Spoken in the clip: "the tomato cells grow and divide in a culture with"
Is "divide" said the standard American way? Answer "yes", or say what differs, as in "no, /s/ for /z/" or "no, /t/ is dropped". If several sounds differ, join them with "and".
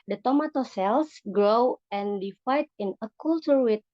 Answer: no, /f/ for /v/